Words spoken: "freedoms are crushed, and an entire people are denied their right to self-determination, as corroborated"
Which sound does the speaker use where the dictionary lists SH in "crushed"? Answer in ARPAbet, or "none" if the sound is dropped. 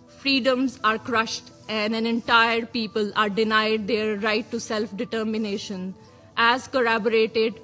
SH